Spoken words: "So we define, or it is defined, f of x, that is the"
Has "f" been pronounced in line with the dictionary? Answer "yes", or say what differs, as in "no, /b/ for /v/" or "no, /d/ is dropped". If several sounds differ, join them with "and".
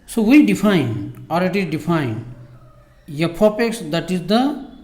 no, /p/ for /f/